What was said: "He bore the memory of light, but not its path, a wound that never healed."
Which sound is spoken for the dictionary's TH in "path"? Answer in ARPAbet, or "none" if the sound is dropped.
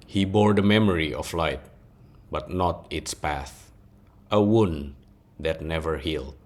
TH